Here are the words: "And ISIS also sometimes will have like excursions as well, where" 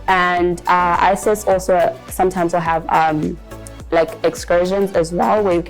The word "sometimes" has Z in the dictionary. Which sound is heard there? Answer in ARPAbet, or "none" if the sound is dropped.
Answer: Z